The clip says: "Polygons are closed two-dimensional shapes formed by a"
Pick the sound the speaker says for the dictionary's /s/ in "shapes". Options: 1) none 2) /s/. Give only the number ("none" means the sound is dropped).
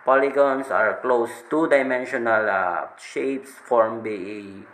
2